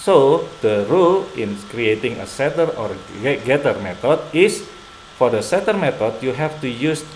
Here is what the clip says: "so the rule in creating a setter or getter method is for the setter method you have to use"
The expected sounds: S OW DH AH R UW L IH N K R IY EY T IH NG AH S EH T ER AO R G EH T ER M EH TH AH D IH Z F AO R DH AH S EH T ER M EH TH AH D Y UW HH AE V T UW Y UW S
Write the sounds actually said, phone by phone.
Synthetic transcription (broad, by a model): S OW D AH R UW L IH N K R IY EY T IH NG AH S EH T ER AO R G EH T ER M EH T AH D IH S F AO R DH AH S EH T ER M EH T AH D Y UW HH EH F T UW Y UW S